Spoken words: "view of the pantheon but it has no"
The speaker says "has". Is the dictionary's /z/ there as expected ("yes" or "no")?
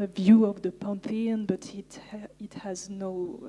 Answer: yes